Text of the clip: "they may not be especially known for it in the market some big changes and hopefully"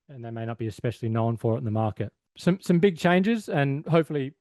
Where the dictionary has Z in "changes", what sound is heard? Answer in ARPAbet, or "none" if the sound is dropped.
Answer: Z